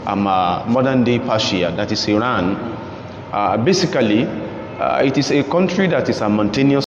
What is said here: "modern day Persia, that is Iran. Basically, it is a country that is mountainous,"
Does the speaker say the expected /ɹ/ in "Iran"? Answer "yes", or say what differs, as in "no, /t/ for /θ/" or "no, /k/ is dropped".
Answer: yes